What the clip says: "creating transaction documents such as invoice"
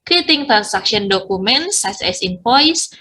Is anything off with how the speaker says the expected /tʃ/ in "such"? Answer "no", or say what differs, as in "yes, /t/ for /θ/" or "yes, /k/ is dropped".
yes, /s/ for /tʃ/